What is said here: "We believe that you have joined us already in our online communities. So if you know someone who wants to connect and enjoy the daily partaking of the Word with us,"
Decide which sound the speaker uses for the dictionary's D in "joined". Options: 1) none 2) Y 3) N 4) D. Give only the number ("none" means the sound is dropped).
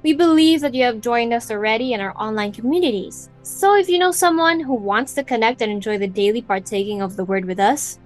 4